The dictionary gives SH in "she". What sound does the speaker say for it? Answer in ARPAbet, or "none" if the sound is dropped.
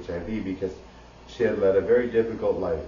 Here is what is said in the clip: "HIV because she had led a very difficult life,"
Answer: SH